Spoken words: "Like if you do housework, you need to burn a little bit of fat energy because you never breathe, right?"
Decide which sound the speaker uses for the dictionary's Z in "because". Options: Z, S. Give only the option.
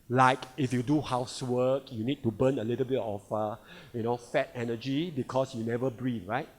S